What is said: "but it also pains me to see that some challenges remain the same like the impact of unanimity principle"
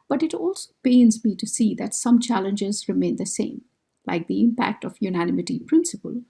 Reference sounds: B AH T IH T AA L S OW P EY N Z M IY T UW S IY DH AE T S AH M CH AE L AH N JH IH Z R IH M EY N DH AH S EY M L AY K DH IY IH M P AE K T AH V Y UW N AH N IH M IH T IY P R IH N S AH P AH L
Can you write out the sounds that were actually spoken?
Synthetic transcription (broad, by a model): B AH T IH T AA L S OW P EY N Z M IY T UW S IY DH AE T S AH M CH AE L AH N JH IH Z R IH M EY N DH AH S EY M L AY K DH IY IH M P AE K T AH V Y UW N AH N IH M IH T IY P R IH N S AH P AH L